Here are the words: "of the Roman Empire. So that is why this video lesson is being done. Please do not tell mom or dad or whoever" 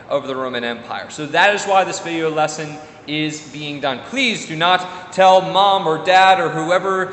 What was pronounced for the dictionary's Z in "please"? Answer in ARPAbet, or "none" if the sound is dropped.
Z